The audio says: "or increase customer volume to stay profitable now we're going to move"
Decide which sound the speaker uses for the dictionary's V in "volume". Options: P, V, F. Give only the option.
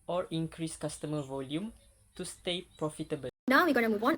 V